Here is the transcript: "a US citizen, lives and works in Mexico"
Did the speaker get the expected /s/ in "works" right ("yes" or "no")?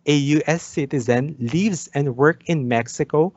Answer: no